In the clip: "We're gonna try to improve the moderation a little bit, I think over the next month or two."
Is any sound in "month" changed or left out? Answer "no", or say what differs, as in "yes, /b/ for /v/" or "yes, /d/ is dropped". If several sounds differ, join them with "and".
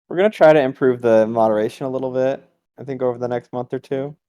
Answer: no